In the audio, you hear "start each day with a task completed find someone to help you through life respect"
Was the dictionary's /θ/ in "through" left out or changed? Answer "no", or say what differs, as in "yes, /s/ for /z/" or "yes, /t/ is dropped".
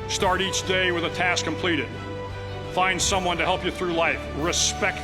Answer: no